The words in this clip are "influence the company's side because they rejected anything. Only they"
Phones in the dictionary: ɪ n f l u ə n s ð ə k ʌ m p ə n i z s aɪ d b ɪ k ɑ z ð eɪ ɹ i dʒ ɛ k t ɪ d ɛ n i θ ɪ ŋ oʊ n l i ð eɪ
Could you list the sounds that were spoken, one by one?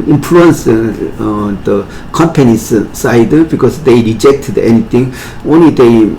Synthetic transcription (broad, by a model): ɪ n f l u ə n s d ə k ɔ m p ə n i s s aɪ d b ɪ k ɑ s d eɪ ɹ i dʒ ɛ k t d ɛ n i t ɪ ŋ oʊ n l i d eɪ